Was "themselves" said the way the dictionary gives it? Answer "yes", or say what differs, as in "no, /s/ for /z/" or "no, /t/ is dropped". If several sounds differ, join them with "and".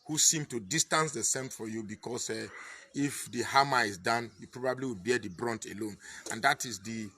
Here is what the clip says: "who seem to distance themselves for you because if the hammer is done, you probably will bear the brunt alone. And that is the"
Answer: no, /m/ is dropped